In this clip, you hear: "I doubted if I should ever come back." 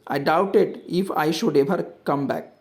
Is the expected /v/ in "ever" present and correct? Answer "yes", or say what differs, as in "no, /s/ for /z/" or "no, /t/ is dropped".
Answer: no, /b/ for /v/